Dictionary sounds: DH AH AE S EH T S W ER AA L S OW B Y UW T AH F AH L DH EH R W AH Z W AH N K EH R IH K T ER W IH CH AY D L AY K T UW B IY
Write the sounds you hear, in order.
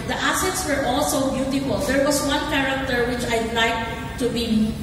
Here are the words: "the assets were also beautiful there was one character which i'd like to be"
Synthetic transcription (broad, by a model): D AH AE S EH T S W ER AA L S OW B Y UW T AH F AH L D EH R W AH S W AH N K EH R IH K T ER W IH CH AY D L AY K T UW B IY